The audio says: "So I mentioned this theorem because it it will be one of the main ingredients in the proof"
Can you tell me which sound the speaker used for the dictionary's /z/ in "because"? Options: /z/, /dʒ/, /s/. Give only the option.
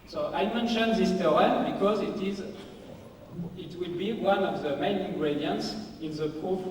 /z/